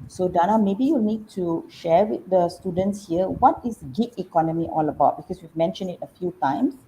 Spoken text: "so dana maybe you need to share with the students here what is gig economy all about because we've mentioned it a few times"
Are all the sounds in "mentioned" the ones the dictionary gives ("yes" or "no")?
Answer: yes